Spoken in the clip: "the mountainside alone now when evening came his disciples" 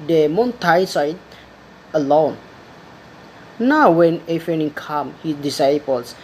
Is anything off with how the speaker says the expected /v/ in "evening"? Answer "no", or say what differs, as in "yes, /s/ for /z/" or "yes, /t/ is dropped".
yes, /f/ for /v/